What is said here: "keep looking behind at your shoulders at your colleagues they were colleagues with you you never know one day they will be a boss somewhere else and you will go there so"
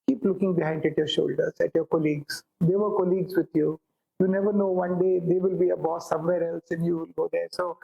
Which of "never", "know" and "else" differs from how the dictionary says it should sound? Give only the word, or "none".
none